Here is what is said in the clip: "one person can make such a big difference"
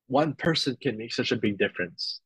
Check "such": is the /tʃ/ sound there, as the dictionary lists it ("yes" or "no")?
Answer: yes